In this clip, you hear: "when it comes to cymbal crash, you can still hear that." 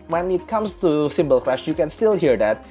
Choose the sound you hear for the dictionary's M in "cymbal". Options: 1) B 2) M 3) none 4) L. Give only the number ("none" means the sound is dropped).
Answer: 2